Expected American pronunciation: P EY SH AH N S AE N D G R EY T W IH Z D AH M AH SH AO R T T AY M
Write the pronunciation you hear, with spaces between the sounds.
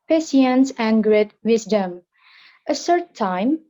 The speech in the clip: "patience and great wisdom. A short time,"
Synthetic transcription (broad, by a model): P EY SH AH N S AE N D G R EY T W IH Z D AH M AH S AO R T T AY M